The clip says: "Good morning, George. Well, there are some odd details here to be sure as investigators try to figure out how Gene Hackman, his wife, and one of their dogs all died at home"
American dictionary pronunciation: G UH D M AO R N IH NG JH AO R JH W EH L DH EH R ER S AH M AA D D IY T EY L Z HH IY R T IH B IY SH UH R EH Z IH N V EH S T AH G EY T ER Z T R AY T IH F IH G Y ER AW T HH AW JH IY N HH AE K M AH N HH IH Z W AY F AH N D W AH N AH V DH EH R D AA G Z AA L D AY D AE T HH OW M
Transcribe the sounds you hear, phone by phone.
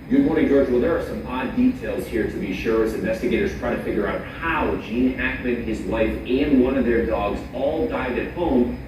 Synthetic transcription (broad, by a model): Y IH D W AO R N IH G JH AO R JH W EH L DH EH R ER S AH M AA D D IY T EY L Z HH IY R T IH B IY SH UH R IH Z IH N V EH S T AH G EY T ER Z T R AY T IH F IH G Y ER AW T HH AW JH IY N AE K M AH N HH IH Z W AY F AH N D W AH N AH V DH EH R D AA G Z AA L D AY D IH T HH OW M